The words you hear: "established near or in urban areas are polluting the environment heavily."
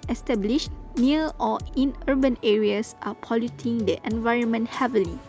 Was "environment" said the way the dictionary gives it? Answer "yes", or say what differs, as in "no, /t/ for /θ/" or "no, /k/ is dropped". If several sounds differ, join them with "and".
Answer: yes